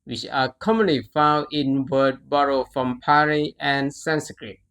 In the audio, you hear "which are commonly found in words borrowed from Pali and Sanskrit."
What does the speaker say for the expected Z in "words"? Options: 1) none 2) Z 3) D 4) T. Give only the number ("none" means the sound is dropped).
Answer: 1